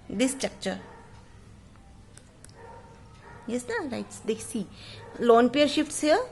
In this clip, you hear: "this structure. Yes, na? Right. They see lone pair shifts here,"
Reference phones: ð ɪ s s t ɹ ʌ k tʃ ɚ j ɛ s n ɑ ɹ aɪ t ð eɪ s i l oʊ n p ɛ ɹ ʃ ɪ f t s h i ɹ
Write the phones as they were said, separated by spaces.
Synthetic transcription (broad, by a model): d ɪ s s t ɹ ʌ k tʃ ɚ j ɛ s n ɑ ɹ aɪ t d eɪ s i l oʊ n p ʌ ɹ ʃ ɪ f t s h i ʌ